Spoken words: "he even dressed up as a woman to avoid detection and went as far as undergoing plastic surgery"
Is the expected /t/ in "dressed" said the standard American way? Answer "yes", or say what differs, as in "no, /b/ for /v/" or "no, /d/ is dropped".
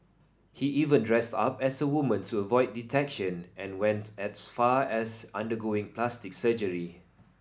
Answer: yes